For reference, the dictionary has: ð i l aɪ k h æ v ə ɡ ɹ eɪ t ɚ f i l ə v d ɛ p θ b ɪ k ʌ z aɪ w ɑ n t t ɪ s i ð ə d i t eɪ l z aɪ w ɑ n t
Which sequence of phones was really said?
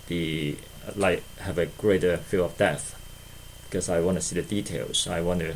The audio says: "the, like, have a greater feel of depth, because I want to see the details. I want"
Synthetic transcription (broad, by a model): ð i l aɪ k h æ v ə ɡ ɹ eɪ t ɚ f i l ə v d ɛ θ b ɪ k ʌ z aɪ w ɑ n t t ɪ s i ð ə d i t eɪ l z aɪ w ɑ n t